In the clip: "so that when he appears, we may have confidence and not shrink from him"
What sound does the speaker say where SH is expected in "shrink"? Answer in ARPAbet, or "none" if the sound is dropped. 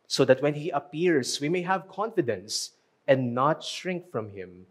SH